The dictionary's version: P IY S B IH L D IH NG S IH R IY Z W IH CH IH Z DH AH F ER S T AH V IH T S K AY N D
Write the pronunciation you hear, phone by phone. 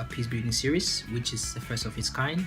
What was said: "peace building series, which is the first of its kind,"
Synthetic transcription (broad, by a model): P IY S B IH D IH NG S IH R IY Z W IH CH IH Z DH AH F ER S T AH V IH T S K AY N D